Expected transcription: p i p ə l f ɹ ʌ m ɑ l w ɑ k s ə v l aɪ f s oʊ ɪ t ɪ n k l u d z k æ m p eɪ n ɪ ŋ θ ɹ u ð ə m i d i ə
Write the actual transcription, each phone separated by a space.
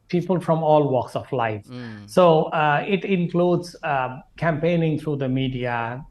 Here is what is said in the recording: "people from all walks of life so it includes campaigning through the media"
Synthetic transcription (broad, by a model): p i p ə l f ɹ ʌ m ɑ l w ɑ k s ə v l aɪ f s oʊ ɪ t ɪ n k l u d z k æ m p eɪ n ɪ ŋ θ ɹ u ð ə m i d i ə